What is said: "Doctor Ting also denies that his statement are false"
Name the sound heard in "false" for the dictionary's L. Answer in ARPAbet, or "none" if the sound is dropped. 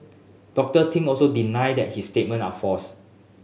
none